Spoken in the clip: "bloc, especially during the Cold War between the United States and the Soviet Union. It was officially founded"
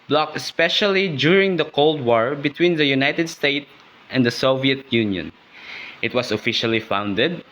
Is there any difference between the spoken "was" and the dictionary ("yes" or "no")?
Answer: yes